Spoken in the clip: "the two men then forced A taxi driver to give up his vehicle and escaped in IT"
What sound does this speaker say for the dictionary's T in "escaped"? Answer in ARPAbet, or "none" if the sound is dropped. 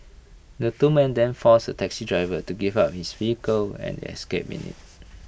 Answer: none